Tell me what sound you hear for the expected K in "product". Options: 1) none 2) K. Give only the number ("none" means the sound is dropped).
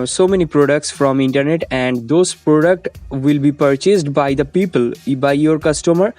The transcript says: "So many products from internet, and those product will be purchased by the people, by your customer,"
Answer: 2